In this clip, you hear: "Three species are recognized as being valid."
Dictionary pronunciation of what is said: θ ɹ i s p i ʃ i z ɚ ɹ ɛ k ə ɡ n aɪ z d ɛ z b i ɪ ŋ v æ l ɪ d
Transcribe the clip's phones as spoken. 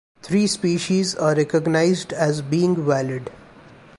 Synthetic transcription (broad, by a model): t ɹ i s p i ʃ i z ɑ ɹ ɛ k ə ɡ n aɪ z d ɛ z b i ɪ ŋ v æ l ɪ d